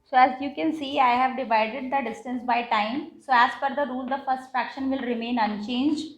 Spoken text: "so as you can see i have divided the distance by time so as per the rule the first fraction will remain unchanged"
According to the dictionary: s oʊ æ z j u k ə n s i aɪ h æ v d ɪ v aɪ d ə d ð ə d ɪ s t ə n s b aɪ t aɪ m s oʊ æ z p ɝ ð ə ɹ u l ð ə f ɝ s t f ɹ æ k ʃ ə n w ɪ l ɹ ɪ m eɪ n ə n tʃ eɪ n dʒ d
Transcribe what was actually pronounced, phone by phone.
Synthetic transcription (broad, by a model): s oʊ æ z j u k ə n s i aɪ h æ v d ɪ v aɪ d ə d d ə d ɪ s t ə n s b aɪ t aɪ m s oʊ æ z f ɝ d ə ɹ u l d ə f ɝ s t f ɹ æ k ʃ ə n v ɪ l ɹ ɪ m eɪ n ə n tʃ eɪ n dʒ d